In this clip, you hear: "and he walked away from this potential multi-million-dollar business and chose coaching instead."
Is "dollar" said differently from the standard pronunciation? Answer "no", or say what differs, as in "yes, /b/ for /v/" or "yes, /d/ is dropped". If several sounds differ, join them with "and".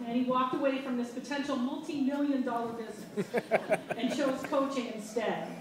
no